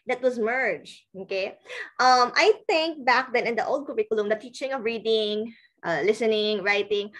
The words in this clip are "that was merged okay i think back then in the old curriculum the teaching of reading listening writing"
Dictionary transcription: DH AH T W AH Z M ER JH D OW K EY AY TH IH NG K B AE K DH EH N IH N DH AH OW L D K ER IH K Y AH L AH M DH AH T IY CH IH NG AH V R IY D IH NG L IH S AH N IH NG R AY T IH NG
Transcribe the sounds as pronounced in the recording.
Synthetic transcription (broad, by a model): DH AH T W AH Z M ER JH OW K EY AY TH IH NG K B AE K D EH N IH N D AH OW L D K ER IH K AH L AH M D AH T IY CH IH NG AH V R IY D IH NG L IH S AH N IH NG R AY T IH NG